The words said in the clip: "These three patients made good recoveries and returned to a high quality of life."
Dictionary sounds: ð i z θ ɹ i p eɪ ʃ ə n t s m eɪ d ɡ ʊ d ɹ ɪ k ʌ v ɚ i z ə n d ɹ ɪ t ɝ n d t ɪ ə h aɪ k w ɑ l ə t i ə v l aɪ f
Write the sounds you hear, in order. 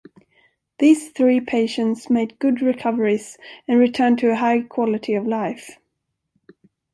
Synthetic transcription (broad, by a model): ð i z θ ɹ i p eɪ ʃ ə n t s m eɪ d ɡ ʊ d ɹ ɪ k ʌ v ɚ i z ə n ɹ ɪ t ɝ n t ɪ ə h aɪ k w ɑ l ə t i ə v l aɪ f